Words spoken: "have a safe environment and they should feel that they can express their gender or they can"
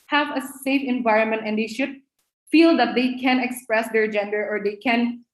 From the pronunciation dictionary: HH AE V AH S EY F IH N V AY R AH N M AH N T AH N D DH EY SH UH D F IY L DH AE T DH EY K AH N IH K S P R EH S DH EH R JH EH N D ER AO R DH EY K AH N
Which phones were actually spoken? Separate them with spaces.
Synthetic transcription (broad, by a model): HH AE V AH S EY F IH N V AY R AH N M AH N T AH N D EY SH UH D F IY L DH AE T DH EY K AH N IH K S P R EH S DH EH R JH EH N D ER AO R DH EY K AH N